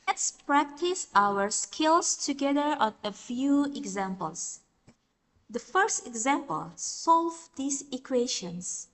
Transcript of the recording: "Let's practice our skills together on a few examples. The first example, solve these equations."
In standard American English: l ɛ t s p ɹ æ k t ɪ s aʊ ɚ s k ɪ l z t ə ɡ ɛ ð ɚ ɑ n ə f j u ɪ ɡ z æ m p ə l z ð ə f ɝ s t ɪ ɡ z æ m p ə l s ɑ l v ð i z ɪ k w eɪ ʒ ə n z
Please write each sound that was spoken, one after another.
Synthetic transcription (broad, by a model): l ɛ t s p ɹ æ k t ɪ s aʊ ɚ s k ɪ l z t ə ɡ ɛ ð ɚ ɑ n ə f j u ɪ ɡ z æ m p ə l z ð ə f ɝ s t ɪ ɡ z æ m p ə l s ɑ l v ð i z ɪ k w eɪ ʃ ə n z